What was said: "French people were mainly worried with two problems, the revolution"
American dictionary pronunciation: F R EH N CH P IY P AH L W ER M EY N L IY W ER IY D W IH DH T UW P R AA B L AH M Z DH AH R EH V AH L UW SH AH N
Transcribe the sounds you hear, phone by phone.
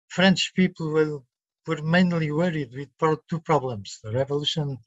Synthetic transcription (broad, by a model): F R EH N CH P IY P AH W ER M EY N L IY W ER IY D W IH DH T UW P R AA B L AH M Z DH AH R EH V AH L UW SH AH N